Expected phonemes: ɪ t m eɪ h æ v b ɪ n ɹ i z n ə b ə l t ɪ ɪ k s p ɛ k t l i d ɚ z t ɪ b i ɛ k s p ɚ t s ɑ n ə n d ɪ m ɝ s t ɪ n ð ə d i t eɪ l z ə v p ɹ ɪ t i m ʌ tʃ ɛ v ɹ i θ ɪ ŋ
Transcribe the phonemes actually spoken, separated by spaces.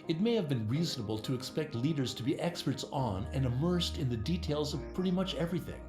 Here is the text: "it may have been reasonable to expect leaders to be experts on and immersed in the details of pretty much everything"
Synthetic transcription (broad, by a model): ɪ t m eɪ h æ v b ɪ n ɹ i z n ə b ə l t ɪ ɪ k s p ɛ k t l i d ɚ z t ɪ b i ɛ k s p ɚ t s n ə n ɪ m ɝ s t ɪ n ð ə d i t eɪ l z ə v p ɹ ɪ t i m ʌ tʃ ɛ v ɹ i θ ɪ ŋ